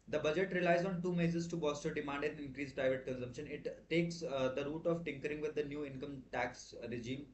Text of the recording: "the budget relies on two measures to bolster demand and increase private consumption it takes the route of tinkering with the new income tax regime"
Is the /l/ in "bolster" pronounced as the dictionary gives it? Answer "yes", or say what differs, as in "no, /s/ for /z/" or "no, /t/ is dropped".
no, /l/ is dropped